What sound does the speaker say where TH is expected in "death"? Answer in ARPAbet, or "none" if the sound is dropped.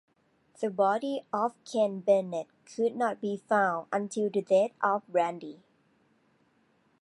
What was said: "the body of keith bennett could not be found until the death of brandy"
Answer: T